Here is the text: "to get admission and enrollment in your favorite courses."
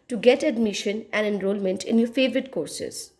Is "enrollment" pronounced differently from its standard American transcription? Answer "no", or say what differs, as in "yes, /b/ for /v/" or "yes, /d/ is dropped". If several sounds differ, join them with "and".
no